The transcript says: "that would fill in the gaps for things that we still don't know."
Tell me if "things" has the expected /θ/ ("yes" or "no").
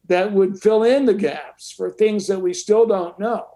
yes